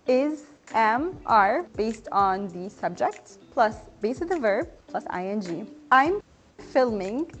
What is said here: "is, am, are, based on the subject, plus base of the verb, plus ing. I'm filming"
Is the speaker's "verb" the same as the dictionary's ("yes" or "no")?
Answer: yes